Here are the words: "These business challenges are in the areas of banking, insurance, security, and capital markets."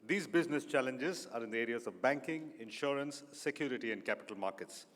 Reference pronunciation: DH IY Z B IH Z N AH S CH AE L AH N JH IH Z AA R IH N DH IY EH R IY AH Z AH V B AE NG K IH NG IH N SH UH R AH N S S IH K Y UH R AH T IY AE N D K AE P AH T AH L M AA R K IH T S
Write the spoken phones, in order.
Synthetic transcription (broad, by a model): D IY Z B IH Z N AH S CH AE L AH N JH IH Z AA R IH N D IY EH R IY AH Z AH V B AE NG K IH NG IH N SH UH R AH N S S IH K Y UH R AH T IY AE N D K AE P AH T AH L M AA R K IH T S